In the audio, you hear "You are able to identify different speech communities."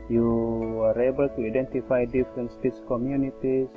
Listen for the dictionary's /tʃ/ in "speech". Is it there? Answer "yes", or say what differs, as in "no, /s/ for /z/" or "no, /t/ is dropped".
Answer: no, /s/ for /tʃ/